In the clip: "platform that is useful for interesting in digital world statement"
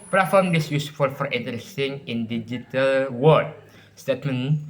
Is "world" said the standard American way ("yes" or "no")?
no